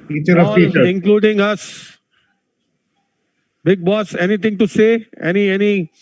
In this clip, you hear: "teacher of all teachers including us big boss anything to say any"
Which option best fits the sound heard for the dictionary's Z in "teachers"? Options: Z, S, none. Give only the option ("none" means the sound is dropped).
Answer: none